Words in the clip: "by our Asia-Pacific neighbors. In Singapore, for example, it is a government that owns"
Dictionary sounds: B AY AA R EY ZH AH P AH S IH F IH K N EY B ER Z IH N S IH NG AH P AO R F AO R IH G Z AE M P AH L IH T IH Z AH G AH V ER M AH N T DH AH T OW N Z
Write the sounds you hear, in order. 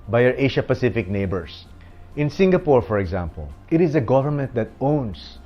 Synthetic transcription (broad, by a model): B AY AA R EY SH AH P AH S IH F IH K N EY B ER S IH N S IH NG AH P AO R F AO R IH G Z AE M P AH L IH T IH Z AH G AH V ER M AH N T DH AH T OW N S